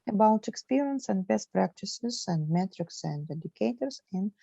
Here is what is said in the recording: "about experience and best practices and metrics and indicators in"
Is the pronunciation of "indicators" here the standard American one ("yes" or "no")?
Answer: no